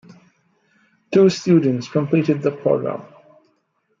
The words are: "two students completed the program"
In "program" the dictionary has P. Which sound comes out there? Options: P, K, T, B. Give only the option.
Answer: P